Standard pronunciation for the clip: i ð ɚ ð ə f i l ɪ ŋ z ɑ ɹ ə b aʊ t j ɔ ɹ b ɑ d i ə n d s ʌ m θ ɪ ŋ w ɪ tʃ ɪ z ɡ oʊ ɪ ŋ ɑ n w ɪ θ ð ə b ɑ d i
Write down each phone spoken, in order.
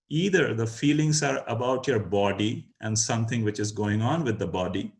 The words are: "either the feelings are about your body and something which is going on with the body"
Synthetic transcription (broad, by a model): i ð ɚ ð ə f i l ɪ ŋ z ɑ ɹ ə b aʊ t j ɔ ɹ b ɑ d i ə n d s ʌ m t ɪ ŋ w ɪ tʃ ɪ z ɡ oʊ ɪ ŋ ɑ n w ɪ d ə b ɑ d i